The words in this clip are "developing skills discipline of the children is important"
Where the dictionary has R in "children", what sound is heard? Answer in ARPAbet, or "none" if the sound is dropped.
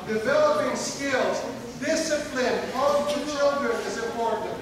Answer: none